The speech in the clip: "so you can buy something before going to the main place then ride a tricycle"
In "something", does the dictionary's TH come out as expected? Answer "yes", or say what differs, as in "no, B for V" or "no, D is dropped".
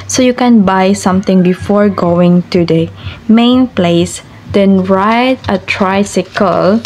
no, T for TH